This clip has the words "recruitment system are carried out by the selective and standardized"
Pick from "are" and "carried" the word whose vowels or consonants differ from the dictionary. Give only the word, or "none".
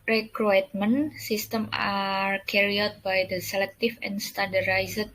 carried